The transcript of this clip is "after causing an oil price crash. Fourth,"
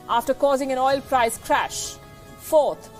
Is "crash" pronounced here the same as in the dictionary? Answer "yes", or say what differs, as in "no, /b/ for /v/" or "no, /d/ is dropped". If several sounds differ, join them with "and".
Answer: yes